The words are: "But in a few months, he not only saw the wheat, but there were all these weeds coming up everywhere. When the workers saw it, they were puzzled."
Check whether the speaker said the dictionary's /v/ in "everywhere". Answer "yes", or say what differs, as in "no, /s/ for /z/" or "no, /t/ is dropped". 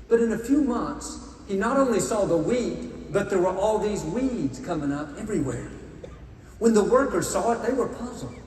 yes